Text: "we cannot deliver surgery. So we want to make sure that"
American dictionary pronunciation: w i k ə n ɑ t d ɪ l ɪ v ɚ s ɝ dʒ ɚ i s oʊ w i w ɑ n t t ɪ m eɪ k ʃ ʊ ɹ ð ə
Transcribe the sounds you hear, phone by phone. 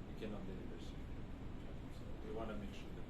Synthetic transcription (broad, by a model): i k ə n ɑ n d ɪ n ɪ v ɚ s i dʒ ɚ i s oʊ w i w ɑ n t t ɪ m eɪ k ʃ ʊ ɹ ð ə